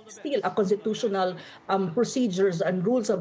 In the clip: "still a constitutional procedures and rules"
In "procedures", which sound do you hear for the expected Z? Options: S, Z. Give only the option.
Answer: S